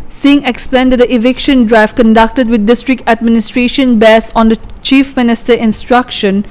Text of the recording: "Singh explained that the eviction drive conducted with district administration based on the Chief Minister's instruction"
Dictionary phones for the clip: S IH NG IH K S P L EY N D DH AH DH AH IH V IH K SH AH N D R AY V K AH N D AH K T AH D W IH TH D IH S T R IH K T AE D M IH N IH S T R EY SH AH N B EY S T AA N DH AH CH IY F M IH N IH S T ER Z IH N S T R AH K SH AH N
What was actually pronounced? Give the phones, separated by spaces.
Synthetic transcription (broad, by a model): S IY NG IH K S P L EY N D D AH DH IH V IH K SH AH N D R AY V K AH N D AH K T AH D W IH D IH S T R IH K T AE D M IH N IH S T R EY SH AH N B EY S AA N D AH CH IY F M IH N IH S T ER IH N S T R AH K SH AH N